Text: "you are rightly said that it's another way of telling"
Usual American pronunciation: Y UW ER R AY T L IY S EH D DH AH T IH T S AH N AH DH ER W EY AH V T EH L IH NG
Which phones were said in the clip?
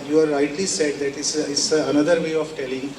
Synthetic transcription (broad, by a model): Y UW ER R AY T L IY S EH D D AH T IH S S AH N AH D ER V EY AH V T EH L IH NG